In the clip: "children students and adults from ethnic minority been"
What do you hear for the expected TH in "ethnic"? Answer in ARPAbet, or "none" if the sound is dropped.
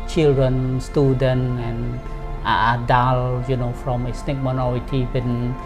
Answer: S